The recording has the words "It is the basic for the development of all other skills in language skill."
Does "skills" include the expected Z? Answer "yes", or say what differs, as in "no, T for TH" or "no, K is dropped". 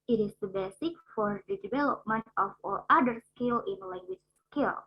no, Z is dropped